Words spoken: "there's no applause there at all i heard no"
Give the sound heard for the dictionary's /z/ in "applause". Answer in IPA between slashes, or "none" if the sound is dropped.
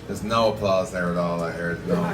/z/